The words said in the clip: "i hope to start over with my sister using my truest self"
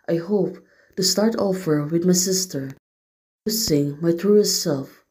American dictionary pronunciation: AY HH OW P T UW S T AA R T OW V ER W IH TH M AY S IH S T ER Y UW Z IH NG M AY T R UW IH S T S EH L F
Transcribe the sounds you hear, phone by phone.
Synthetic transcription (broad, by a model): AY HH OW P T UW S T AA R T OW F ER W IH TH M AY S IH S T ER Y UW S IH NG M AY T R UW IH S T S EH L F